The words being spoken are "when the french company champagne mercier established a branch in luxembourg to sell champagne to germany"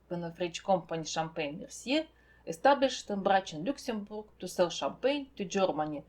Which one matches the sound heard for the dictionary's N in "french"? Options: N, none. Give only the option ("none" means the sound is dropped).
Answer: none